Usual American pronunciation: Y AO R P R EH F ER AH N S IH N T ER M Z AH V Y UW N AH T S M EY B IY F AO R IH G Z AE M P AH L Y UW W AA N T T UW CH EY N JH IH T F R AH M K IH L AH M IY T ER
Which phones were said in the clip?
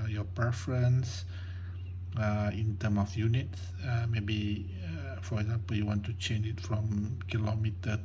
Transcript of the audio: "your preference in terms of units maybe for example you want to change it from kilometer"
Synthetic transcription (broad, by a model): Y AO P R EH F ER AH N S IH N T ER M AH F Y UW N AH T S M EY B IY F AO R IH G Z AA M P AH L Y UW W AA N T T UW CH EY N JH IH T F R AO M K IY L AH M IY T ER